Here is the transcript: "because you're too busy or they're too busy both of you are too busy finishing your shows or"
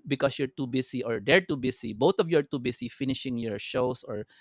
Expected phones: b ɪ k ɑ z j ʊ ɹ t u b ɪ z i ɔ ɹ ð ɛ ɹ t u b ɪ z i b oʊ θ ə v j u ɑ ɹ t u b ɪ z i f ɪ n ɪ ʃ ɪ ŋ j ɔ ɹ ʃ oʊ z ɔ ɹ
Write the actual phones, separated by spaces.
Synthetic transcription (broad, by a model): b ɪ k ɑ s j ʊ ɹ t u b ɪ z i ɔ ɹ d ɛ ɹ t u b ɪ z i b oʊ t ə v j u ɑ ɹ t u b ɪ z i f ɪ n ɪ ʃ ɪ ŋ j ɔ ɹ ʃ oʊ s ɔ ɹ